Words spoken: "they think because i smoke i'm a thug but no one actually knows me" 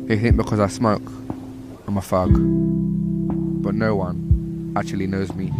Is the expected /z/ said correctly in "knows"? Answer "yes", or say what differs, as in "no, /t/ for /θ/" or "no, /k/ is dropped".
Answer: yes